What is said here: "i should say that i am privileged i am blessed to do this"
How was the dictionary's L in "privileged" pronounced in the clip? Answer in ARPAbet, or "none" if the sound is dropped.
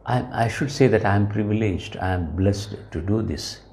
L